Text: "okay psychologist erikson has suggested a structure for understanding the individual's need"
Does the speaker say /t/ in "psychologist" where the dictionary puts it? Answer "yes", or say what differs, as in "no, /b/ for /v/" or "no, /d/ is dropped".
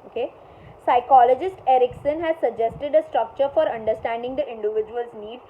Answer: yes